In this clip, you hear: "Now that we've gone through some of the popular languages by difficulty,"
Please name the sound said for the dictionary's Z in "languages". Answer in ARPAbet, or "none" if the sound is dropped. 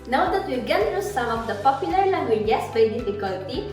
S